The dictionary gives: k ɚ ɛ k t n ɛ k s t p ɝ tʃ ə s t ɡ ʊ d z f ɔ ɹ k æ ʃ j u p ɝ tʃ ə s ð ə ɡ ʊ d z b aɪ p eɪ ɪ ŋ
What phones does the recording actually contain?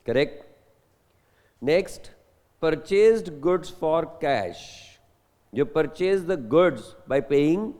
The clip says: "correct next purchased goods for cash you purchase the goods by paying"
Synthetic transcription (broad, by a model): k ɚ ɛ k t n ɛ k s t p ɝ tʃ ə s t ɡ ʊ d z f ɔ ɹ k æ ʃ j u p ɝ tʃ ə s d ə ɡ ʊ d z b aɪ p eɪ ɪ ŋ